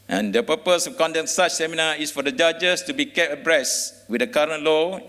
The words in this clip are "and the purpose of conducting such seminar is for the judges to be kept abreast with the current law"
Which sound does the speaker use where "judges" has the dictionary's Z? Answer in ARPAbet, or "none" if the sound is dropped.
S